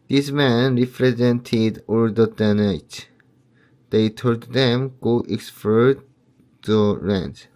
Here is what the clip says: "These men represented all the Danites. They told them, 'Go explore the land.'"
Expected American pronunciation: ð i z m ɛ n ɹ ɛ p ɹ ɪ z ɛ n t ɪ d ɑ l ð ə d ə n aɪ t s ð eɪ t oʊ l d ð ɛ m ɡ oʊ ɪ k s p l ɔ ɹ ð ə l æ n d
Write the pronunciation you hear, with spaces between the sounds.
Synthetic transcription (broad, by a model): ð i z m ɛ n ɹ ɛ p ɹ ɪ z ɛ n t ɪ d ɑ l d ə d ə n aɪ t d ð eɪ t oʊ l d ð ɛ m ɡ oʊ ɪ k s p ɔ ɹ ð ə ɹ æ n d